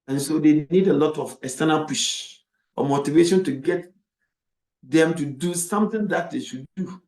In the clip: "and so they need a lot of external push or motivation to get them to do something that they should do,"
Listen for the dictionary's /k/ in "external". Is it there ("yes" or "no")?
no